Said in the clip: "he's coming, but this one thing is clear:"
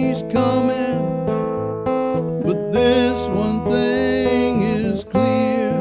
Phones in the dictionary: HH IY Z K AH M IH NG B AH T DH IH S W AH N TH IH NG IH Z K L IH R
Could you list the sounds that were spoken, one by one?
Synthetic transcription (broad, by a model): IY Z K AH M IH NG B AH T DH IH S W AH N TH IH NG IH Z K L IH R